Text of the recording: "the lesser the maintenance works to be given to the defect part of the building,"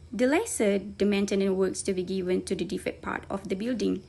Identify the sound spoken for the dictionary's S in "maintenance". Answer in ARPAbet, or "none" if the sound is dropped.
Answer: none